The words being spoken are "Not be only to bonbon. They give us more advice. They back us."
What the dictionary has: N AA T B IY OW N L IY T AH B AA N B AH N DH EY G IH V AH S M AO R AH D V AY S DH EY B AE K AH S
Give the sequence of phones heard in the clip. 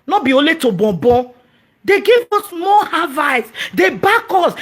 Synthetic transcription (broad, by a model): N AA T B IY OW L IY T AH B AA B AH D EY G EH V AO S M AO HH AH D V AY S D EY B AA K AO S